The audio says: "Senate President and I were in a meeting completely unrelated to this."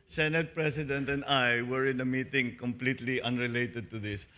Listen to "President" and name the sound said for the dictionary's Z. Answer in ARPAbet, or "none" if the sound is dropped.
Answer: S